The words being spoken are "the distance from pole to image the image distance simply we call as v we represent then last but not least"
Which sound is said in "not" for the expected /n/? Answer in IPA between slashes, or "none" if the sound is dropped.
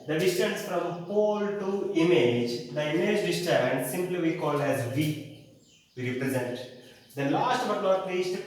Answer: /l/